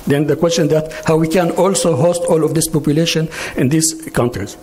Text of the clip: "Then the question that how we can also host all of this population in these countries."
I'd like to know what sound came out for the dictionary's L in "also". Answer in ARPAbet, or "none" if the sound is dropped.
L